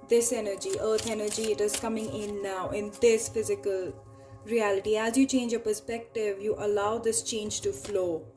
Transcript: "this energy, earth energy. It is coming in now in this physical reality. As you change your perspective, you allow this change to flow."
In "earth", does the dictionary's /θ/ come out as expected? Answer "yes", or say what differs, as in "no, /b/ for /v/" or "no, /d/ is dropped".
no, /t/ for /θ/